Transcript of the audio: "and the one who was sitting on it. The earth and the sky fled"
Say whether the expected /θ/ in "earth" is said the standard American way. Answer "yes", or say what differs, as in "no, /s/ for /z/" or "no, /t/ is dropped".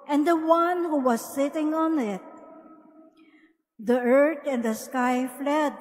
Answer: no, /t/ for /θ/